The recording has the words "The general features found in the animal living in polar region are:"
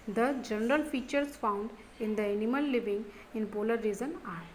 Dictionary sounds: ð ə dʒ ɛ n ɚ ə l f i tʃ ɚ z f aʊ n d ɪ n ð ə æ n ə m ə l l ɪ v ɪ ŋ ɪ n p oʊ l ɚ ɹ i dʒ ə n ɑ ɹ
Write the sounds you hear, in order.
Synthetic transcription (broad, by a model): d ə dʒ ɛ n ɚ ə l f i tʃ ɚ s f aʊ n d ɪ n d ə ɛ n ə m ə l l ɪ v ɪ ŋ ɪ n p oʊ l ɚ ɹ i z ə n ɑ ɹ